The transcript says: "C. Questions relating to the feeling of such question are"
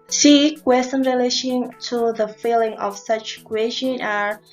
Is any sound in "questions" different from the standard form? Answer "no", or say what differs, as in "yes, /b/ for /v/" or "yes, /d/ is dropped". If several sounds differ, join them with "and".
yes, /z/ is dropped